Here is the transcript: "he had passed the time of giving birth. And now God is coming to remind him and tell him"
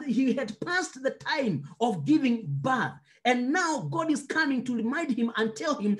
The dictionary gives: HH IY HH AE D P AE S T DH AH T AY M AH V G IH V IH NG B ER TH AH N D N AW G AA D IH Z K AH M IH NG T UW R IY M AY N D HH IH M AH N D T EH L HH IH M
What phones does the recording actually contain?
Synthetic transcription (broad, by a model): HH IY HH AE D P AE S T DH AH T AY M AH V G IH V IH NG B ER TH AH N N AW G AA D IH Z K AH M IH NG T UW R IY M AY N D HH IH M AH N T EH L HH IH M